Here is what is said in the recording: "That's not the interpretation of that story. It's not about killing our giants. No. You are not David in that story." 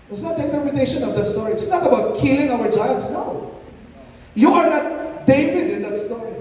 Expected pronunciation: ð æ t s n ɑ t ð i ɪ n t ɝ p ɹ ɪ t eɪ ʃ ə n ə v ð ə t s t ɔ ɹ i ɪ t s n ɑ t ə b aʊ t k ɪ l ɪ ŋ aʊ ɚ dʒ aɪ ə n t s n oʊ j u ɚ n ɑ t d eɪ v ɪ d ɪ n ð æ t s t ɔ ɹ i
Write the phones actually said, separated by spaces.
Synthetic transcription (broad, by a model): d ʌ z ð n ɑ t ð i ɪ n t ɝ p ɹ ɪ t eɪ ʃ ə n ə v ð ə t s t ɔ ɹ i ɪ t s n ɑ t ə b aʊ t k ɪ l ɪ ŋ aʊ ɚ tʃ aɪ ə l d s n oʊ j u ɚ n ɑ t d eɪ v ɪ d ɪ n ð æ t s t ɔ ɹ i